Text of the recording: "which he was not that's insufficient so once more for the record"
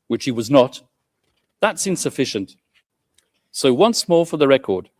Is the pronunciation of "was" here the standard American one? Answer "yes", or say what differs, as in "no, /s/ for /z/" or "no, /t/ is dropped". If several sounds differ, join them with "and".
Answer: yes